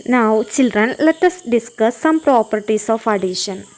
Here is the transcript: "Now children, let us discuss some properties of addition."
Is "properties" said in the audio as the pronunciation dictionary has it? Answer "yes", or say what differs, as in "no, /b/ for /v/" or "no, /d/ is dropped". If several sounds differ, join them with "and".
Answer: no, /s/ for /z/